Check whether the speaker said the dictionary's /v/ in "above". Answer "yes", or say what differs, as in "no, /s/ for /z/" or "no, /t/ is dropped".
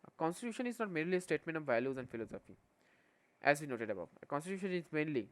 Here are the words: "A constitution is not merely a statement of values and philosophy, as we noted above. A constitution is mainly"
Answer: no, /v/ is dropped